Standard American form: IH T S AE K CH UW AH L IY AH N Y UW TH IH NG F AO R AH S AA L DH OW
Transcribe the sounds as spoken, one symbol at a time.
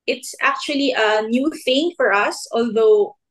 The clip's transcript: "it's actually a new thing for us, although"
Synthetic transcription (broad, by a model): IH T S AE K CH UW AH L IY AH N Y UW TH IH NG F AO R AH S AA L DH OW